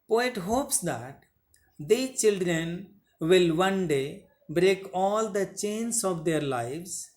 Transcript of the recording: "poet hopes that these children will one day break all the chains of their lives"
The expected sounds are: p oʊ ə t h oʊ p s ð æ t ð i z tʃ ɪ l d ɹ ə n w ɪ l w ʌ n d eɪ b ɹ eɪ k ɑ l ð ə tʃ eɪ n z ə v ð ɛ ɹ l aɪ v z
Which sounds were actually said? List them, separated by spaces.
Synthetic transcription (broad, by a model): p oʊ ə t h oʊ p s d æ t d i tʃ ɪ l d ɹ ə n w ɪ l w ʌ n d eɪ b ɹ eɪ k ɑ l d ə tʃ eɪ n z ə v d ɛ ɹ l aɪ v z